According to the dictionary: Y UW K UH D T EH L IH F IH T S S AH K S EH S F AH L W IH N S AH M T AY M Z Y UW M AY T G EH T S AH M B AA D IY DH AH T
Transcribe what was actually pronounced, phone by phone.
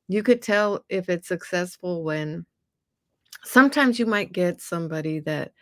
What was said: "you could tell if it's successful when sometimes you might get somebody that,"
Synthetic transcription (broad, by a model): Y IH K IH D T EH L IH F IH T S S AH K S EH S F L W IH N S AH M T AY M Z Y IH M AY T G EH T S AH M B AA D IY DH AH T